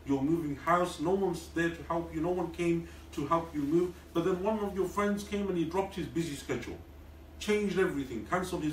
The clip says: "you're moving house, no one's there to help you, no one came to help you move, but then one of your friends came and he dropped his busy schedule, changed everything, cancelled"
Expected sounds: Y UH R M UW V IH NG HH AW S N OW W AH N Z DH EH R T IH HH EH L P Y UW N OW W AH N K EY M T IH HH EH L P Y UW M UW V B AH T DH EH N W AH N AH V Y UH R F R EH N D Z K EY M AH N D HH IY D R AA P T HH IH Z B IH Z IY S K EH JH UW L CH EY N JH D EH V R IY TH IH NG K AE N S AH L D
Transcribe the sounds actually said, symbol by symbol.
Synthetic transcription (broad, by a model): Y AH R M UW V IH NG HH AW S N OW W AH N S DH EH R T IH HH EH L P Y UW N OW W AH N K EY M T IH HH EH L P Y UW M UW V B AH T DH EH N W AH N AH V Y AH R F R EH N D Z K EY M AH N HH IY D R AA P T HH IH Z B IH Z IY S K EH JH UW L CH EY N JH D EH V R IY TH IH NG K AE N S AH L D